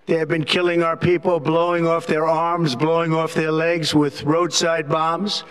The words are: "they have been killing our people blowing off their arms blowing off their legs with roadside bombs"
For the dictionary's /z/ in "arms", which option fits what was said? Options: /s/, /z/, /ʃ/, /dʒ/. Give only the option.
/z/